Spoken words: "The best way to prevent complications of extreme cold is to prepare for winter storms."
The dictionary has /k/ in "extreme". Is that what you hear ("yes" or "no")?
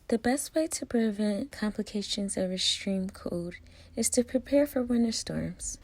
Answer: no